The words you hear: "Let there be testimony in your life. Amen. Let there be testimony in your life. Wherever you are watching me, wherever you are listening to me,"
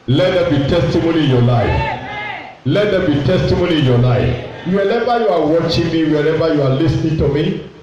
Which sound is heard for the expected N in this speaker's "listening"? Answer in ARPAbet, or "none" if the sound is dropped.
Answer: N